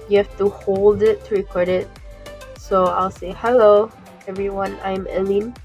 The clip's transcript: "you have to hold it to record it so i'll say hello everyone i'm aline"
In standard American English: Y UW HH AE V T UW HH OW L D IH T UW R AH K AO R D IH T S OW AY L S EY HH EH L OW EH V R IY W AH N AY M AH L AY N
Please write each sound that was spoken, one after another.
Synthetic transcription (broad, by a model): Y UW HH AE F T UW HH OW L D IH T UW R AH K AO R D IH T S OW AY L S EY HH EH L OW EH V R IY W AH N AY M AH L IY N